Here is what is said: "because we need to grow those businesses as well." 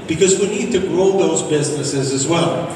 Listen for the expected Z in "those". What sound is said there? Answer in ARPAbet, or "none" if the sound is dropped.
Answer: Z